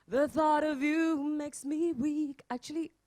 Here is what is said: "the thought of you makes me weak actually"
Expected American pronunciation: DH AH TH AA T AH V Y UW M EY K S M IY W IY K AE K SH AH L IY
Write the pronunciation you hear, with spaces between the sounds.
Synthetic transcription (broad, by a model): DH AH TH AA T AH V Y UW M EY K S M IY W IY K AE K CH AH L IY